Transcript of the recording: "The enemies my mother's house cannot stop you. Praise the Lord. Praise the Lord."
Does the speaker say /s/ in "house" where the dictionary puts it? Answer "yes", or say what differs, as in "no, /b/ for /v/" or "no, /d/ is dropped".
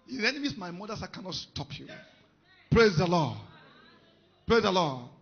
no, /s/ is dropped